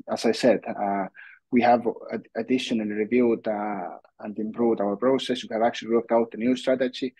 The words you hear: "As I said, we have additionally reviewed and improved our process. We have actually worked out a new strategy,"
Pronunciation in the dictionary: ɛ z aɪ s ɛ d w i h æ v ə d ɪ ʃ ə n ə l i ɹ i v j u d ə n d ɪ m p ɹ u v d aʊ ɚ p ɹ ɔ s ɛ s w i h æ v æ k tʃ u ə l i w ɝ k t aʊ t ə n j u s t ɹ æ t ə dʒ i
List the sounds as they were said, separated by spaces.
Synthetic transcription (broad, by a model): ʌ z aɪ s ɛ d w i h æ v ə d ɪ ʃ ə n ə l i ɹ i v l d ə n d ɪ m p ɹ u v d aʊ ɚ p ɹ ɔ s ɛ s w i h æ v æ k tʃ u ə l i w ɝ k t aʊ t ə n j u s t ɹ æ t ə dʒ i